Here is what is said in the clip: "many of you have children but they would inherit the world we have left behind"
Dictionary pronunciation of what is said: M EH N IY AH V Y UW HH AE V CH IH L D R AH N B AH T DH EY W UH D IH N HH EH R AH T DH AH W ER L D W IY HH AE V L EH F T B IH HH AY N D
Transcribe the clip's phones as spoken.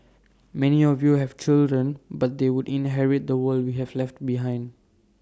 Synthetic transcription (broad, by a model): M EH N IY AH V Y UW HH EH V CH IH L D R AH N B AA T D EY W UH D IH N HH EH R AH T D AH W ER L D W IY HH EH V L EH F T B IH HH AY N D